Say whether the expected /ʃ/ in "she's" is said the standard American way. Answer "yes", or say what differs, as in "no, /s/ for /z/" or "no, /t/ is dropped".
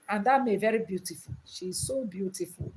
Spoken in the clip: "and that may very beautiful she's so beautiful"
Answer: yes